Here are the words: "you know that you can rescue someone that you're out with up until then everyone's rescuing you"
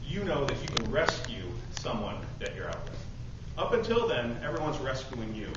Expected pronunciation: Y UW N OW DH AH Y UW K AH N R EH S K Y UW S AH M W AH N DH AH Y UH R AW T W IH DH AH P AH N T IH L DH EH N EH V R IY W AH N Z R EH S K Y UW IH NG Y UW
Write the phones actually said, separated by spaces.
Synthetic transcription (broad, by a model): Y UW N OW DH AH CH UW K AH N R EH S K Y UW S AH M W AH N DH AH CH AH R AW T W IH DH AH P AH N T IH L DH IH N EH V R IY W AH N Z R EH S K Y UW IH NG Y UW